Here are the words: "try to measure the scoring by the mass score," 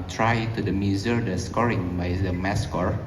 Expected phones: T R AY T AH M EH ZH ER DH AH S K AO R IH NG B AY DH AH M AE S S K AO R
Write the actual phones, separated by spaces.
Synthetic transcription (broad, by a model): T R AY T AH M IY Z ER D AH S K AO R IH NG B AY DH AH M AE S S K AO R